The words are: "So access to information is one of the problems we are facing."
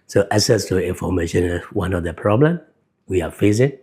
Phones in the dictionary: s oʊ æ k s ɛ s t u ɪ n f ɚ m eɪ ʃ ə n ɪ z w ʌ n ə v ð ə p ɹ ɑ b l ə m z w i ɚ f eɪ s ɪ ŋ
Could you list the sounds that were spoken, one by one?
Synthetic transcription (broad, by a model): s oʊ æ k s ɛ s t u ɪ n f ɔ m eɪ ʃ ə n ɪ s w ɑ n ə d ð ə p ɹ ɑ b l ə m w i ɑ f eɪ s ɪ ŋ